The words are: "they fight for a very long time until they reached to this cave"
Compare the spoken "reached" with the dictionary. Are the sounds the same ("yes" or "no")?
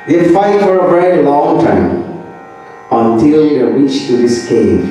no